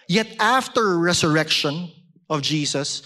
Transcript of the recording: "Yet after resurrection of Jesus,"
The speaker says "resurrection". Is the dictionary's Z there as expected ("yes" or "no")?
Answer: no